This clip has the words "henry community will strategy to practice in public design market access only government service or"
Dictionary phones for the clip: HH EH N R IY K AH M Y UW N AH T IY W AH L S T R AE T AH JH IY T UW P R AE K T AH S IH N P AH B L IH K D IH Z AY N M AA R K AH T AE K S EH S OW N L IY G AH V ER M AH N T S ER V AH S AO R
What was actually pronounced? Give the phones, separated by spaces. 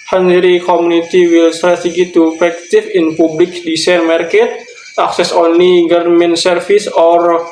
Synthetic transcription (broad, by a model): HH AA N R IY K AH M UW N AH T IY W AH L S T R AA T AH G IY T UW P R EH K T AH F IH N P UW B L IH K D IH S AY N M AA R K AH T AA K S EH S OW N L IY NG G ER M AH N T S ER F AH S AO R